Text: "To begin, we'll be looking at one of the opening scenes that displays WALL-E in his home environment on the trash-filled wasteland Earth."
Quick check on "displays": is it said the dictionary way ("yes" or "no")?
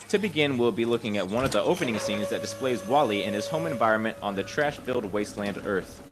yes